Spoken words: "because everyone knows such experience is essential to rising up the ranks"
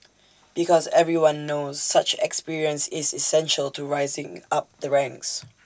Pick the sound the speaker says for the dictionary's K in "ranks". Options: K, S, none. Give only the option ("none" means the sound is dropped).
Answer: K